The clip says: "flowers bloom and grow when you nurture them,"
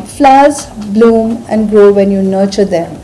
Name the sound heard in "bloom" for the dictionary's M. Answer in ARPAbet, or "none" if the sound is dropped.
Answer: M